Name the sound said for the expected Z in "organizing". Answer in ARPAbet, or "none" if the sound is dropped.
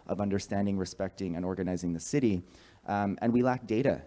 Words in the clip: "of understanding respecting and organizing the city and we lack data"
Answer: Z